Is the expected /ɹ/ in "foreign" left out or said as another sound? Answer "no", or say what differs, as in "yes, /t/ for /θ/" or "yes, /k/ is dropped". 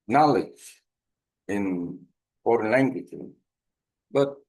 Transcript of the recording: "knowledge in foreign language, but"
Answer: no